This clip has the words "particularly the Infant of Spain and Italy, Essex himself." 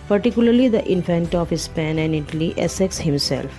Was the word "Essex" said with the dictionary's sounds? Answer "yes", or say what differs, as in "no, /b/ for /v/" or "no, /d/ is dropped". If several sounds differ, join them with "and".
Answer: yes